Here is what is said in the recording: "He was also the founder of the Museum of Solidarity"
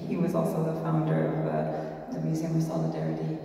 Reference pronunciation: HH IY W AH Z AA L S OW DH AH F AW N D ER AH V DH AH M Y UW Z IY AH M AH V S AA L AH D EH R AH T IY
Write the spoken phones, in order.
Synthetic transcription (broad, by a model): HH IY W AH Z AA L S OW DH AH F AW N D ER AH V DH AH M Y UW Z IY AH M AH V S AA L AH D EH R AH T IY